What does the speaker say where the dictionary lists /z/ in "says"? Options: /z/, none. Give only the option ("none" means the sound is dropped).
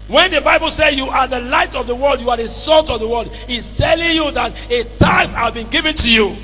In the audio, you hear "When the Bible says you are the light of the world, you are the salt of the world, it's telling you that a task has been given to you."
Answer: none